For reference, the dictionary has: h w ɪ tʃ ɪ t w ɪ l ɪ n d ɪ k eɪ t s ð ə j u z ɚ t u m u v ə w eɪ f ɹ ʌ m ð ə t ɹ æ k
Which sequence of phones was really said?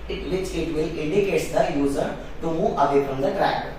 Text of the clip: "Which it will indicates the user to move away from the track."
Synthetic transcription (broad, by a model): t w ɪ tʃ ɪ t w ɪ l ɪ n d ɪ k eɪ t s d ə j u z ɚ t u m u ə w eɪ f ɹ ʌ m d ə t ɹ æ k